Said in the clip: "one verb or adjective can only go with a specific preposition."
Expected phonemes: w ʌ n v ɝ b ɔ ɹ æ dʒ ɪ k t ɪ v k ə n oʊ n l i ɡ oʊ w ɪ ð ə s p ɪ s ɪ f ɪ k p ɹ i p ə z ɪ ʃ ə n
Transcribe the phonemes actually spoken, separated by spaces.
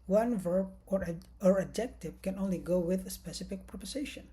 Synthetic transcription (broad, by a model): w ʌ n v ɝ b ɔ ɹ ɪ dʒ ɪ k t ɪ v k ə n oʊ n l i ɡ oʊ w ɪ ð ə s p ɪ s ɪ f ɪ k p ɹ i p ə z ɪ ʃ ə n